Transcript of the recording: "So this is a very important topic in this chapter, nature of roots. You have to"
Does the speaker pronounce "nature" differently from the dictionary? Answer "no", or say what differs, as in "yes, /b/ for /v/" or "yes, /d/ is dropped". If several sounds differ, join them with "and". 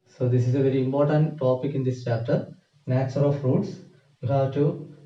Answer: yes, /s/ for /tʃ/